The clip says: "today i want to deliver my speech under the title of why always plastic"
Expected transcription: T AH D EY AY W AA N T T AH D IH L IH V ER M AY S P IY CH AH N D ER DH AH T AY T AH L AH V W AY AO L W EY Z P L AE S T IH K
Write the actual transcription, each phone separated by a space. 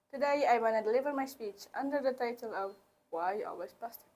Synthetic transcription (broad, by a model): T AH D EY AY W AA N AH D IH L IH V ER M AY S P IY CH AH N D ER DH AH T AY T AH L AH V W AY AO L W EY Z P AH S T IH